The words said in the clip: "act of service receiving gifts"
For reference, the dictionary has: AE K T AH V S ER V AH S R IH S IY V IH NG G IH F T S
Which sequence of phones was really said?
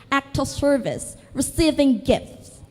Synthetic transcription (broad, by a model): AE K T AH S ER V AH S R IH S IY V IH NG G IH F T S